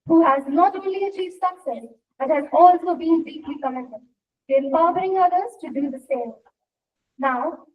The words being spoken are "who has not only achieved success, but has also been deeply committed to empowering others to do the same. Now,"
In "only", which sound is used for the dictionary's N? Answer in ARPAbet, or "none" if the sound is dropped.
none